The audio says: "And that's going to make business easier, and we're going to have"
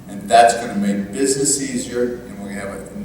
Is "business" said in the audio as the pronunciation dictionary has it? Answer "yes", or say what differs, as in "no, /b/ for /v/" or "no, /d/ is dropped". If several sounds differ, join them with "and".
yes